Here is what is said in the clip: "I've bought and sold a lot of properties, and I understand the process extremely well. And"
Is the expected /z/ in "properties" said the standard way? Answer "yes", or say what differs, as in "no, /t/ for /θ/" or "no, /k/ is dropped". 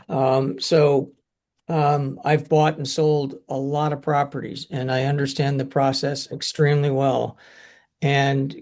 yes